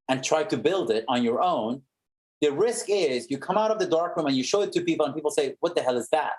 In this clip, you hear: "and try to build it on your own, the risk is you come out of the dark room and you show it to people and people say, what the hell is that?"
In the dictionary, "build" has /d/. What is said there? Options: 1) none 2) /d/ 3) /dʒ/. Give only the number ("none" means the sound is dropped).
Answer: 2